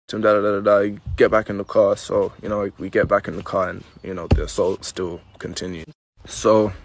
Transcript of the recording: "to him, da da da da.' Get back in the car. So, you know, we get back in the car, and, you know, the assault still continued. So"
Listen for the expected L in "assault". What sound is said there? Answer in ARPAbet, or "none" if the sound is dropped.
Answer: L